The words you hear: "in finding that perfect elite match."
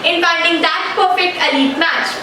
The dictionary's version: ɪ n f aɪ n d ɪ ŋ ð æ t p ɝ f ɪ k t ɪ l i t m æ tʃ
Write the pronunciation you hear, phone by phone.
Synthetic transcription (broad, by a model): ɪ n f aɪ l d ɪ ŋ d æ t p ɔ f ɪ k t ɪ l i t m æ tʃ